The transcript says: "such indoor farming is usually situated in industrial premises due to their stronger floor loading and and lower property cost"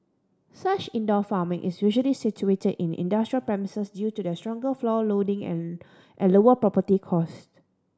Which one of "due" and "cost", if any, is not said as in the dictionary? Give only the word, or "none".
none